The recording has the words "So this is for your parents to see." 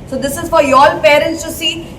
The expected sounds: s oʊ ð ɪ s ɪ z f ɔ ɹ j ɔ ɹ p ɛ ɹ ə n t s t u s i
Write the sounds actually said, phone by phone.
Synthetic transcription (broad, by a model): s oʊ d ɪ s ɪ z f ɔ ɹ j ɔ l p ɛ ɹ ə n t s t u s i